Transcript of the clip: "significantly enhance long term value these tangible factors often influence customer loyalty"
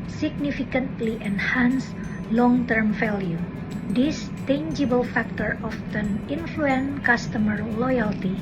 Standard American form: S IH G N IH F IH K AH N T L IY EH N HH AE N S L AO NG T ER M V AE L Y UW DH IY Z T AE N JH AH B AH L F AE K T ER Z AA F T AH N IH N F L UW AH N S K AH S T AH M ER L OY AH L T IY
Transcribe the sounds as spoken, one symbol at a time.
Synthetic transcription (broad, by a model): S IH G N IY F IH K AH N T L IY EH N HH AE N S L AO NG T ER M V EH L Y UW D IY S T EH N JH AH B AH L F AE K T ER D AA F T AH N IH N F L UW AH N K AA S T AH M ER L OY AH L T IY